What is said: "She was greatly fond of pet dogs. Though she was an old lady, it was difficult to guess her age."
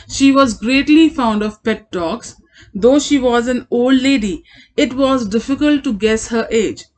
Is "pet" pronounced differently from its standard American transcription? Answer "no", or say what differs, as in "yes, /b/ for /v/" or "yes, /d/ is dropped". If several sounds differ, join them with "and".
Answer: no